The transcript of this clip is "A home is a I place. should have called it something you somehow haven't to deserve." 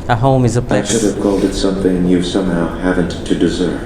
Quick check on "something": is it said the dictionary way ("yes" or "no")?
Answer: yes